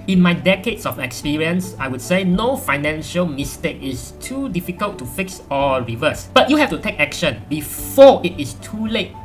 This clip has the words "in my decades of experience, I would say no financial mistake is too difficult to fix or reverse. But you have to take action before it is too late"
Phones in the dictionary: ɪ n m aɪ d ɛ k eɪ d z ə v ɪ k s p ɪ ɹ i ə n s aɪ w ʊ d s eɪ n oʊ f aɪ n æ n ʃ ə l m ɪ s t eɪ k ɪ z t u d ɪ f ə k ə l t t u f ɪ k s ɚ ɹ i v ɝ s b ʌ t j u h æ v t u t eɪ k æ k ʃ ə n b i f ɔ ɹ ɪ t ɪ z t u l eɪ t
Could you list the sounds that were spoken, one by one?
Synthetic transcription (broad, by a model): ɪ n m aɪ d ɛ k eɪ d s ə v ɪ k s p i ɹ i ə n s aɪ w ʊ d s eɪ n oʊ f aɪ n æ n ʃ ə l m ɪ s t eɪ k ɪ s t u d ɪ f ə k ə l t t u f ɪ k s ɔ ɹ i v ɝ s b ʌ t j u h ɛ f t u t eɪ k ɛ k ʃ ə n b i f ɔ ɪ t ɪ s t u l eɪ t